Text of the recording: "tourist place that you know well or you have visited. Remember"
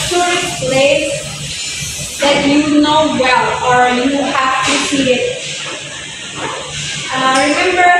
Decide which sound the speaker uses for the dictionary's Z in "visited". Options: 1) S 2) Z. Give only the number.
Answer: 1